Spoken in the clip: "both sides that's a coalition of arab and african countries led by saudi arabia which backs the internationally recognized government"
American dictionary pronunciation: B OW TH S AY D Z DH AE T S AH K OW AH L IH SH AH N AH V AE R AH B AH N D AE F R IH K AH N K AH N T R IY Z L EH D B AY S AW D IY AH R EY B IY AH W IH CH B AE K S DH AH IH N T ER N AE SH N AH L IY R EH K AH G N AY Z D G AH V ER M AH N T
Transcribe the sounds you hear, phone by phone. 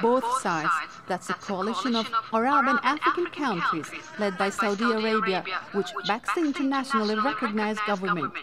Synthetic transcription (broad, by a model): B OW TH S AY D Z DH AE T S AH K OW AH L IH SH AH N AH V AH R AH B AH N AE F R IH K AH N K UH N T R IY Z L EH D B AY S AW D IY AH R EY B IY AH W IH CH B AE K S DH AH IH N T ER N AE SH N AH L IY R EH K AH G N AY Z G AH V ER M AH N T